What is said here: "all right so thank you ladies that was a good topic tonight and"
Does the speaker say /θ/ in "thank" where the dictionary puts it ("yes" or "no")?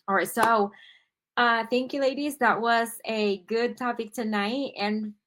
yes